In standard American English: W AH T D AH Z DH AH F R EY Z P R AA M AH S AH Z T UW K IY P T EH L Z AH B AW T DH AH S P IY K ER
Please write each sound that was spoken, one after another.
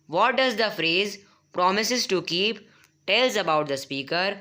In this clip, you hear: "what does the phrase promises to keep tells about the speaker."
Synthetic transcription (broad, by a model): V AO T D AH Z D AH F R EY Z P R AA M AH S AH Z T UW K IY P T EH L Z AH B AW T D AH S P IY K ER